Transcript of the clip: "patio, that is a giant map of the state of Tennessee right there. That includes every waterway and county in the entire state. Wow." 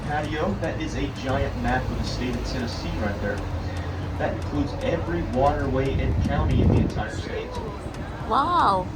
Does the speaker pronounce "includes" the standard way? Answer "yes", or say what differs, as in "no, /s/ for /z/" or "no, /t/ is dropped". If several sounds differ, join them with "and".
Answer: yes